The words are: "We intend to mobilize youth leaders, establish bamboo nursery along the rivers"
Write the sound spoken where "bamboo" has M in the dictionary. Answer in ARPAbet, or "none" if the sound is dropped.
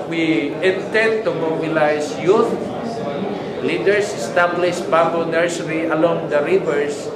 none